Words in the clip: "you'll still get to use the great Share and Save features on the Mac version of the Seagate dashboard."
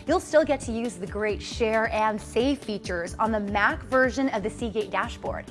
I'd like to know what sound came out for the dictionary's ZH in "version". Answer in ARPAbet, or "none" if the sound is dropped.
ZH